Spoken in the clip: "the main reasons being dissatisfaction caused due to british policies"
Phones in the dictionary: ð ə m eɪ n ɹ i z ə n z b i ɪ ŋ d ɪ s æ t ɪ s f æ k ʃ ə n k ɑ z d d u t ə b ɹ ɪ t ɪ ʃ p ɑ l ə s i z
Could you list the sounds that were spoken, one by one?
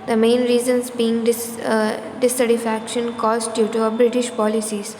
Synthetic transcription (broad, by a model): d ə m eɪ n ɹ i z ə n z b i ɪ ŋ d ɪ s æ s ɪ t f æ k ʃ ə n k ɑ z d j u t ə b ɹ ɪ t ɪ ʃ p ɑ l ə s i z